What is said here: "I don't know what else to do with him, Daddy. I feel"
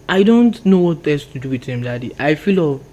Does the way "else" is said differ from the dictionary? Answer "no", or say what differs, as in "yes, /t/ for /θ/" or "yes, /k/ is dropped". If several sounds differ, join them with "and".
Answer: yes, /l/ is dropped